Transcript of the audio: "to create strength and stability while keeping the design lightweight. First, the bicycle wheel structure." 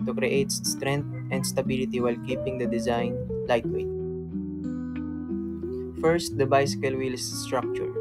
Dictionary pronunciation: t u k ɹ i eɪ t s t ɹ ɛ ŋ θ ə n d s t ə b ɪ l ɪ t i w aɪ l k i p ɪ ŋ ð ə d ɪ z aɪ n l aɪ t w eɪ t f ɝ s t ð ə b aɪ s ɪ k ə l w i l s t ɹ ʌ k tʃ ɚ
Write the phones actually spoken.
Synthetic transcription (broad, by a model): t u k ɹ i eɪ t s t ɹ ɛ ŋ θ ə n d s t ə b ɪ l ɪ t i w aɪ l k i p ɪ ŋ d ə d ɪ z aɪ n l aɪ t w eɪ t f ɝ s t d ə b aɪ s ɪ k ə l w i l s t ɹ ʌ k tʃ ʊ